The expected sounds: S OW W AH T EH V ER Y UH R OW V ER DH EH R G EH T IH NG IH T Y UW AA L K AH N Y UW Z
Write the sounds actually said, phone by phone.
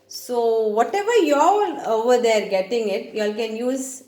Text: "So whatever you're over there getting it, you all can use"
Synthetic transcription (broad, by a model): S OW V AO T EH V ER Y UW L OW V ER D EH R G EH T IH NG IH T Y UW AA L K AH N Y UW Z